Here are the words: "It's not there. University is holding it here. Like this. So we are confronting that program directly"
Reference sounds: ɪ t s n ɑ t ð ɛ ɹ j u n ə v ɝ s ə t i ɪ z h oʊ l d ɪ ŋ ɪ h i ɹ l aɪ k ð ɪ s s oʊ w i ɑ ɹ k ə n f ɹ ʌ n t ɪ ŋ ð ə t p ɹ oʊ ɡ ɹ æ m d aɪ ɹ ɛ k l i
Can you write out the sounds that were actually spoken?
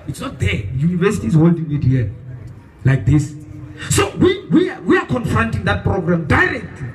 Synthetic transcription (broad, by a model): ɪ t s n ɑ t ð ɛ j u n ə v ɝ s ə t i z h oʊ l d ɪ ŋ ɪ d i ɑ l aɪ k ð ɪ s s oʊ w i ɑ w k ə n f ɹ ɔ n t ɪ ŋ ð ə t p ɹ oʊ ɡ ɹ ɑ m d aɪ ɹ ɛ k l i